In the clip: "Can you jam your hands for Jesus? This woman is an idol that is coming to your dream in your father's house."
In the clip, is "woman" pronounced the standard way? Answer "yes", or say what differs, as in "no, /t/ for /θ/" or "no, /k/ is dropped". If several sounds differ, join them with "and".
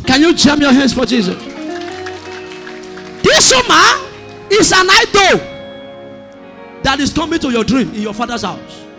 no, /n/ is dropped